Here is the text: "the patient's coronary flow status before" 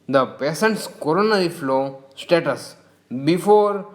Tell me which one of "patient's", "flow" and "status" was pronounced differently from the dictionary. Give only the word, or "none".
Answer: patient's